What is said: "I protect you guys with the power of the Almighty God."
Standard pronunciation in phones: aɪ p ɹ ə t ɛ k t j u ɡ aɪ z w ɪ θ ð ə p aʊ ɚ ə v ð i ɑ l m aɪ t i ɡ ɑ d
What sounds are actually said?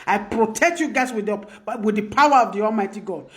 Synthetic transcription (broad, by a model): aɪ p ɹ ə t ɛ k t j u ɡ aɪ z w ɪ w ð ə p aʊ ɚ ə v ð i ɑ l m aɪ t i ɡ ɑ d